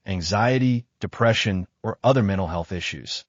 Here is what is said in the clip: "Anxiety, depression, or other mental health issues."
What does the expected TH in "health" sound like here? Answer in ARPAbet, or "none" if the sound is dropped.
TH